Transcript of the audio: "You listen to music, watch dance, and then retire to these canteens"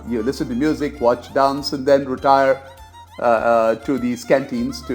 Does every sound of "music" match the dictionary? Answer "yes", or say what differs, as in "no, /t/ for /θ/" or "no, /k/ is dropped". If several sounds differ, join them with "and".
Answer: yes